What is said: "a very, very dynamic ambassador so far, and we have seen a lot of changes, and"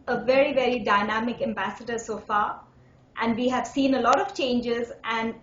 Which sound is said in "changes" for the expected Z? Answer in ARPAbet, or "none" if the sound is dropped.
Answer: Z